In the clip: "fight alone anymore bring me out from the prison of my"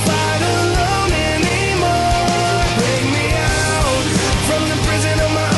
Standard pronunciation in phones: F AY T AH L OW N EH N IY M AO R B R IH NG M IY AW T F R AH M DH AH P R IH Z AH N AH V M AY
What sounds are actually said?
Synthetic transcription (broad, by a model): AY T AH N OW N EH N IY M AO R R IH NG M IY AW T F R AH M DH AH P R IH Z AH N AH V M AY